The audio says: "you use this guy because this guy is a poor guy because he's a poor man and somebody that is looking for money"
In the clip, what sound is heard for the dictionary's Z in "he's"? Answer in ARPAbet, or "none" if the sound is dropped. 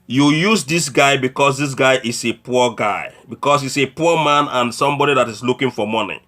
S